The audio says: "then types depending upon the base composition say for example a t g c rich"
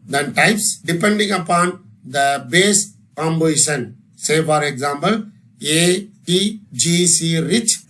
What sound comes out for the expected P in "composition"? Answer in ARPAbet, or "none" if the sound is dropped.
B